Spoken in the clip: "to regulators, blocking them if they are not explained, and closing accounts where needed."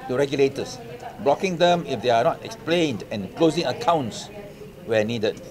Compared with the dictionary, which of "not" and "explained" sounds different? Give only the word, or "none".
none